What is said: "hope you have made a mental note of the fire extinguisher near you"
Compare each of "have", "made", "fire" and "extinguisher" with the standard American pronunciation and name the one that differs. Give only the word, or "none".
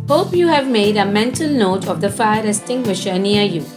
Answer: extinguisher